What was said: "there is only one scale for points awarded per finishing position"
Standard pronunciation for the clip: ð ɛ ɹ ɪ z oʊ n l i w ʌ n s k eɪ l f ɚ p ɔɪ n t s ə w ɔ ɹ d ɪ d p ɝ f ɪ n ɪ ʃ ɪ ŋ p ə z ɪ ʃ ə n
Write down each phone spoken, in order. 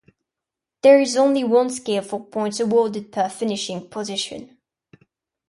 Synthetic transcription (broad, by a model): ð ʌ ɹ ɪ z oʊ n l i w ʌ n s k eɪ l f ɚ p ɔɪ n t ə w ɔ d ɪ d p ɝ f ɪ n ɪ ʃ ɪ ŋ p ə z ɪ ʃ ə n